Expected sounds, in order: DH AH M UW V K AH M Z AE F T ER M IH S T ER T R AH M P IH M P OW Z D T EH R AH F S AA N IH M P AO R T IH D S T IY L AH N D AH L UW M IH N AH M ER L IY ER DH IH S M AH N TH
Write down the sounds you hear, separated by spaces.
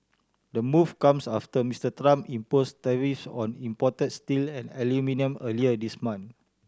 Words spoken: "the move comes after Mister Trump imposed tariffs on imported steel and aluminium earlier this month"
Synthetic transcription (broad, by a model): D AH M UW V K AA M S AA F T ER M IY S T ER T R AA M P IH M P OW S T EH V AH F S AA N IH M P AO T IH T S T IY L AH N AH L UW M IH N AH M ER L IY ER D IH S M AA N